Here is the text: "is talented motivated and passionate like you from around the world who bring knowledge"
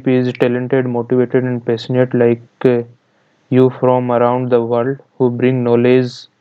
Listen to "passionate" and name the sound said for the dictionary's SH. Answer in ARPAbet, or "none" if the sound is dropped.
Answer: S